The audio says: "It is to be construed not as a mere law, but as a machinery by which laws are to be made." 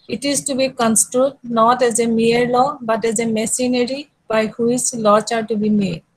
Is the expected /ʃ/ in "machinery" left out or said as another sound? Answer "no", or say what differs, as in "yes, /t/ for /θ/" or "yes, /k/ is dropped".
yes, /s/ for /ʃ/